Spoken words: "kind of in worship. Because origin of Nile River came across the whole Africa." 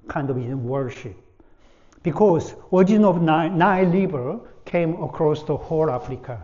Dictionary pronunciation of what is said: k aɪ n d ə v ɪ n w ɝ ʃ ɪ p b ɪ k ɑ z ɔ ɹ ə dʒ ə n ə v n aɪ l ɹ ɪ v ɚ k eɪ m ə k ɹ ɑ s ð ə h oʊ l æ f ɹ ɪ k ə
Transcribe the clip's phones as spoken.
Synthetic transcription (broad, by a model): k aɪ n d ə v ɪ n w ɝ ʃ ɪ p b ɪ k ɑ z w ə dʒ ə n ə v n aɪ l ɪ b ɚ k eɪ m ə k ɹ ɑ s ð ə h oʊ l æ f ɹ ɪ k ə